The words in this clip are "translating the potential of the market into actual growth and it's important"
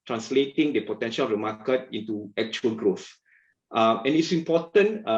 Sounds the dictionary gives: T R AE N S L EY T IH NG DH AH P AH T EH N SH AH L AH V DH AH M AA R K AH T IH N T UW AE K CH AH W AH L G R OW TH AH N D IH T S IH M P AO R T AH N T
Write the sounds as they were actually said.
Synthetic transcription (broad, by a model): T R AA N S L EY T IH NG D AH P AH T EH N SH AH L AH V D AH M AA K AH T IH N T UW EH K CH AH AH L G R OW TH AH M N IH T S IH M P AO T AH N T